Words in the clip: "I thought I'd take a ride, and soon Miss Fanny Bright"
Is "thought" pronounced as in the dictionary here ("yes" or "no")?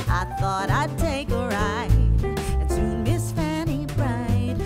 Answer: yes